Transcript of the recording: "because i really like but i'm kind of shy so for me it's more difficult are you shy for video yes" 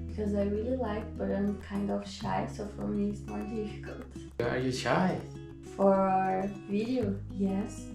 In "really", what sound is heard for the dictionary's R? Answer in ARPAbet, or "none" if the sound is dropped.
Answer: R